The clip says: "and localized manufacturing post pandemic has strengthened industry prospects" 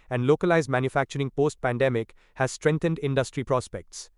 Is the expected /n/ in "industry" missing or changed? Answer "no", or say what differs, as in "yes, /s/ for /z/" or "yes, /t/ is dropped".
no